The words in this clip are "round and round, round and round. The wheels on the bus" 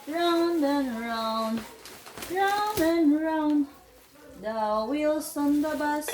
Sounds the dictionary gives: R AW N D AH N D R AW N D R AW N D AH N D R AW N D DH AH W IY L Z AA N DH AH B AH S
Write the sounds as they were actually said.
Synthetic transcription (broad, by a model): R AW N D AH N R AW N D R AW N D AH N R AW N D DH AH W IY L S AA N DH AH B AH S